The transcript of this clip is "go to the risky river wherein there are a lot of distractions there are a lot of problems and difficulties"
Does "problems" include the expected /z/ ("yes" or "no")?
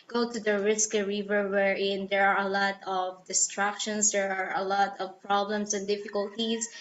no